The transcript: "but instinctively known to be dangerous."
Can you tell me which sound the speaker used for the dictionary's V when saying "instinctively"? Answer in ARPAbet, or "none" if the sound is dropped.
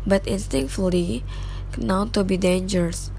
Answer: none